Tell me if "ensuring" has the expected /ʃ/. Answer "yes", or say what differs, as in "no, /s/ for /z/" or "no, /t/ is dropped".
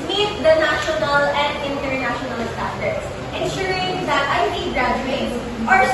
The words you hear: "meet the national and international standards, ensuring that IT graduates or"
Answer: yes